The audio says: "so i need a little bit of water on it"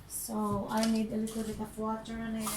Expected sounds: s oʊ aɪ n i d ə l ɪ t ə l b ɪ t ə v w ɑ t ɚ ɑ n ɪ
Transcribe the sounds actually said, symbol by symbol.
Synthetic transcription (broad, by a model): s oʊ aɪ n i d ə l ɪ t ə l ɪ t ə p w ɑ t ɚ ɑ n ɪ